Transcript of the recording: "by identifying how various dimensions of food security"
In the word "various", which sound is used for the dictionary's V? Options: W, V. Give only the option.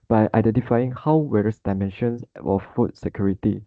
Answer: W